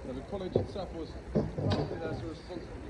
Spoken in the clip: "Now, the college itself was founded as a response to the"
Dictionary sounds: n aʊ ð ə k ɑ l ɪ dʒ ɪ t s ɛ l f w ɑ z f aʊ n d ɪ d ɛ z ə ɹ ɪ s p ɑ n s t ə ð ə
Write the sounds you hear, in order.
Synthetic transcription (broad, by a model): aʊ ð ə k ɑ l ɪ dʒ ɪ t s ɛ l f w ɑ z p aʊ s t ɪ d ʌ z ə ɹ ɪ s p ɑ n s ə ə